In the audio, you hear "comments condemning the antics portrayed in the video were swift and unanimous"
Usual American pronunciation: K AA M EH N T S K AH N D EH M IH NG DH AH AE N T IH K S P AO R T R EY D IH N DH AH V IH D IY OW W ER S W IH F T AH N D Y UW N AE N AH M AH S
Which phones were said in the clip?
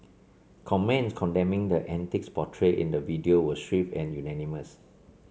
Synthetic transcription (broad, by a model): K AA M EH N S K AH N D EH M IH NG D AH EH N T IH K S P AO T R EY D IH N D AH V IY D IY OW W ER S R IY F AH N Y UW N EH N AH M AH S